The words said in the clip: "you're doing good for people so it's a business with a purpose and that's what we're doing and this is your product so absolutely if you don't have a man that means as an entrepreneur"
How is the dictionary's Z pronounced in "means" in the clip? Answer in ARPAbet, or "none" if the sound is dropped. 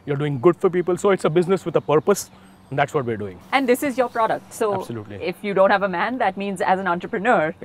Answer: Z